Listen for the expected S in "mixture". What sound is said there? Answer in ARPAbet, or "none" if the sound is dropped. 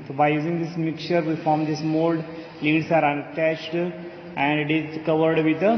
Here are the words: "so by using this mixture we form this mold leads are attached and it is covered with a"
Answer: none